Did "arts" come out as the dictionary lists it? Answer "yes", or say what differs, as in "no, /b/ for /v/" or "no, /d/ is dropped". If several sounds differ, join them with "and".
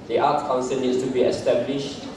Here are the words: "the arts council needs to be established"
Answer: no, /s/ is dropped